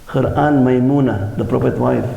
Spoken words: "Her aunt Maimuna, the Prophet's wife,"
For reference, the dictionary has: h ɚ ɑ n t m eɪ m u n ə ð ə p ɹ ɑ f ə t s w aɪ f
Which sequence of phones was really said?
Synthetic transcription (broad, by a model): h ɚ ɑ n m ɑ m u n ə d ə p ɹ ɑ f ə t w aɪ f